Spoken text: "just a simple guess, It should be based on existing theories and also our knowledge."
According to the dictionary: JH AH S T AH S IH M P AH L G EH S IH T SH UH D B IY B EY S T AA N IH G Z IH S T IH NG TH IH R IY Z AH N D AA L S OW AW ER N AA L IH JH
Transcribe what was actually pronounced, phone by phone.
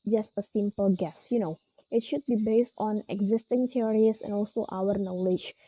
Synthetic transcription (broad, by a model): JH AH S T AH S IH M P AH L G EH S IH T SH UH D B IY B EY S T AA N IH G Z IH S T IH NG T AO R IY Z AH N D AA L S OW AW ER N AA L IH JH